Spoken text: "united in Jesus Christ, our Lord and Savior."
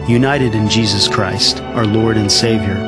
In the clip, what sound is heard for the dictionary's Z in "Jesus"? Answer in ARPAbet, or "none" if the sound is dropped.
Z